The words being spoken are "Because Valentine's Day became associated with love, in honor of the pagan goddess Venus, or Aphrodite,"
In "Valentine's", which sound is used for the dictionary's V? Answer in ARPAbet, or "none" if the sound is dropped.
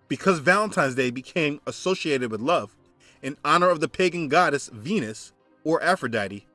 V